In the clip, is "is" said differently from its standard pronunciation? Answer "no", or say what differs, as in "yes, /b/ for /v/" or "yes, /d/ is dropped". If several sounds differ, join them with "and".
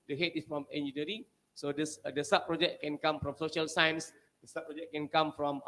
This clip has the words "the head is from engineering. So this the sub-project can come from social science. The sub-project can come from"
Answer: yes, /s/ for /z/